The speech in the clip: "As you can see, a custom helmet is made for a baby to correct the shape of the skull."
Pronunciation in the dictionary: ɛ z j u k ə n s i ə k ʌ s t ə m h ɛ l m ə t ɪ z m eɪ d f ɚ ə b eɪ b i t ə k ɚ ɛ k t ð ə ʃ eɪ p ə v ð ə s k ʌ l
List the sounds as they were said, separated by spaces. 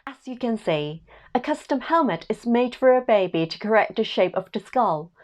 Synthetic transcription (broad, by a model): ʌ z j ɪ k ə n s i ə k ʌ s t ə m h ɛ l m ə t ɪ z m eɪ d f ɚ ə b eɪ b i t ə k ɚ ɛ k t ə ʃ eɪ p ə v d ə s k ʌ l